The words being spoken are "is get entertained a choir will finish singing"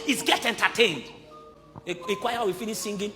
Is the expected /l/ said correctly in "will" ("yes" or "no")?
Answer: no